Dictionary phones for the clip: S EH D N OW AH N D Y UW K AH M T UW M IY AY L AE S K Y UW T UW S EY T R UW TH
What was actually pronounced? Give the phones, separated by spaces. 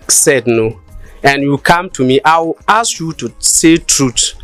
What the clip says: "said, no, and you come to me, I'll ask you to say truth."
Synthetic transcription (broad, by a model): S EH D N OW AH N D Y UW K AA M T UW M IY AY W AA S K Y UW T UW S EY T R UW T